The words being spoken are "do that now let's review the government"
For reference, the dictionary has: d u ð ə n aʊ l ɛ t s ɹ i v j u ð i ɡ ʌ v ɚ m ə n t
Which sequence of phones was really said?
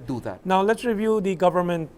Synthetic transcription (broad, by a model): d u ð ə n aʊ l ɛ t s ɹ i v j u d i ɡ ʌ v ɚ m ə n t